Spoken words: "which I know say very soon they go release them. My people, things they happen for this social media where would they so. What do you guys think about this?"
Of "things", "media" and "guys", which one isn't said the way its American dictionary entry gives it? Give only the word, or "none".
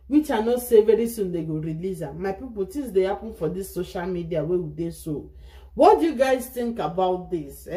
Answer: things